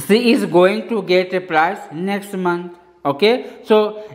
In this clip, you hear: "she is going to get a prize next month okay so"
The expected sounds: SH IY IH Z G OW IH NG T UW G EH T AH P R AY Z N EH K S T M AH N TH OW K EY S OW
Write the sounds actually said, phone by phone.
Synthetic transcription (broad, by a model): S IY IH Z G OW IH NG T UW G EH T AH P R AY S N EH K S T M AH N T OW K EY S OW